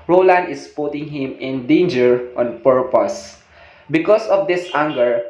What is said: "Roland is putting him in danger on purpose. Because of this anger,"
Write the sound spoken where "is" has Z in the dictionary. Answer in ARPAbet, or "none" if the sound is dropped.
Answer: S